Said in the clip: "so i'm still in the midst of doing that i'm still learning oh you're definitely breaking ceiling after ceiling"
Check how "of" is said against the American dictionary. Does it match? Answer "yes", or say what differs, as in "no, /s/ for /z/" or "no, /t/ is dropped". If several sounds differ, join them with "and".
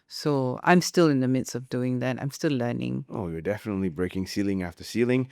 yes